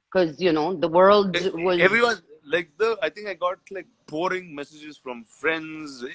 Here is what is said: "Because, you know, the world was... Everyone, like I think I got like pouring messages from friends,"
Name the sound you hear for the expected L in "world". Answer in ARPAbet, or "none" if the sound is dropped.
L